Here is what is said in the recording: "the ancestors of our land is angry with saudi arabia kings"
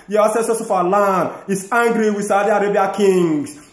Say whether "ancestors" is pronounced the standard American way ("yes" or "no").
no